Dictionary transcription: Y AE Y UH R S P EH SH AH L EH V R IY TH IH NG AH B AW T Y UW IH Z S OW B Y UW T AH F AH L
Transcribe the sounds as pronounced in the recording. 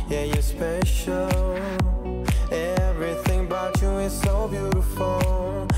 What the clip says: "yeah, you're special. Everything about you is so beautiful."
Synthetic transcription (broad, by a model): Y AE Y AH R S P EH SH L L EH V R IY TH IH NG B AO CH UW IH Z S OW B Y UW T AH F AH L